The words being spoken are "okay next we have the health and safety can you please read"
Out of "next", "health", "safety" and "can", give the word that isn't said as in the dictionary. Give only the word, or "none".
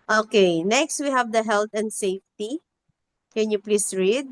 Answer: health